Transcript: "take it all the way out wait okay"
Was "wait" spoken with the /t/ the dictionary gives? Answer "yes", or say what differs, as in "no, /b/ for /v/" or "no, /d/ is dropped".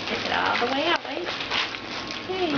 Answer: no, /t/ is dropped